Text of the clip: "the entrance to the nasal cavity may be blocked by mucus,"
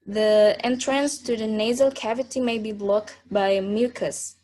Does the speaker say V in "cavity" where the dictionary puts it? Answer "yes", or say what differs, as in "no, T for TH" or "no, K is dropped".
yes